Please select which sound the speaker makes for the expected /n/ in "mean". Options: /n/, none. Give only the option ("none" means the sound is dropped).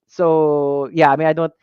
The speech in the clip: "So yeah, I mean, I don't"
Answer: none